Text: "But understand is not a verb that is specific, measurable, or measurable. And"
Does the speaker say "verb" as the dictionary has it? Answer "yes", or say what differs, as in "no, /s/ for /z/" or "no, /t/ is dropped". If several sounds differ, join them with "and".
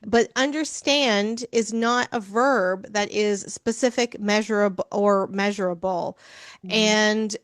yes